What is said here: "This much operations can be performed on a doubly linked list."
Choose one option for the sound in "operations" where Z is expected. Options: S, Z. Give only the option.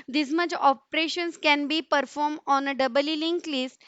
S